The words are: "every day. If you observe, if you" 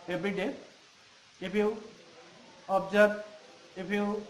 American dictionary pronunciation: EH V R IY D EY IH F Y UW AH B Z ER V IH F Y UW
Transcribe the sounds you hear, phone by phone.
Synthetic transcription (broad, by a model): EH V R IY D EY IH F Y UW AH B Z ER B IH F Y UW